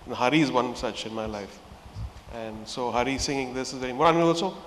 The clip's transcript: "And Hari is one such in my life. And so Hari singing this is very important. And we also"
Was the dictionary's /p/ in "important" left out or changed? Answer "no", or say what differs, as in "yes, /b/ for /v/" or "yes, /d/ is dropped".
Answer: yes, /p/ is dropped